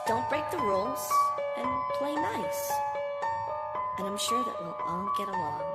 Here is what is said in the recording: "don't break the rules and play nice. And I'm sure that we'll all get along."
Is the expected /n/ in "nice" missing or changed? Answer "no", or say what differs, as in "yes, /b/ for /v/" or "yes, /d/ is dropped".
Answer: no